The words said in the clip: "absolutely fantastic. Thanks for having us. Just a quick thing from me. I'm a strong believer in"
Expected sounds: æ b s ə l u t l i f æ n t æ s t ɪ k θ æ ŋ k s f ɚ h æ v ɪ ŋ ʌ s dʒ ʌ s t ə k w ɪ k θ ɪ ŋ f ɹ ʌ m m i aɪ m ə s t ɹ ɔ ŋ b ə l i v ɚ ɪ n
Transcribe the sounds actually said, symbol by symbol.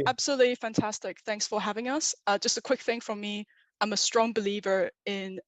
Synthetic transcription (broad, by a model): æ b s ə l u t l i f æ n t æ s t ɪ k θ æ ŋ k s f ɚ h æ v ɪ ŋ ʌ s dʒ ʌ s t ə k w ɪ k θ ɪ ŋ f ɹ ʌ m m i aɪ m ə s t ɹ ɔ ŋ b ə l i v ɚ ɪ n